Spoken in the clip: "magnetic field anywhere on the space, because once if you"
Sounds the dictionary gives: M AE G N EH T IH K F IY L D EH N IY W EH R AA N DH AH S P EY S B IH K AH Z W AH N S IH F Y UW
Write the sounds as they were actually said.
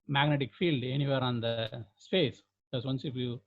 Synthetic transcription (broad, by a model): M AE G N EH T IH K F IY L D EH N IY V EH R AA N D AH S P EY S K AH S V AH N S IH F Y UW